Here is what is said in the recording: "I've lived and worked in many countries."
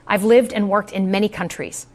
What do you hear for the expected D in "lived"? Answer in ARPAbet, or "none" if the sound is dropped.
D